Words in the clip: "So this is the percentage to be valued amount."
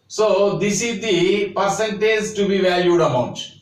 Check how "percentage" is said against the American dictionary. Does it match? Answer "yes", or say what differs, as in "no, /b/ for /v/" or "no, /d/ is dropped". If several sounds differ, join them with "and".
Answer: no, /z/ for /dʒ/